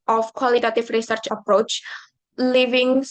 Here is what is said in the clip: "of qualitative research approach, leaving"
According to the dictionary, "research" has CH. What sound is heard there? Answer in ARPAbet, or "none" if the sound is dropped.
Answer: CH